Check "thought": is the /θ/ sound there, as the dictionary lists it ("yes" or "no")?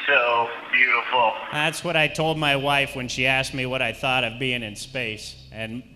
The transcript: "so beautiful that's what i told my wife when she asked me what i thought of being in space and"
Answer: yes